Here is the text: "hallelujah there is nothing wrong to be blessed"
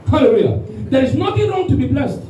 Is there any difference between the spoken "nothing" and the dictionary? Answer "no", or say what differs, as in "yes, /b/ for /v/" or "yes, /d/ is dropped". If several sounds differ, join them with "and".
yes, /t/ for /θ/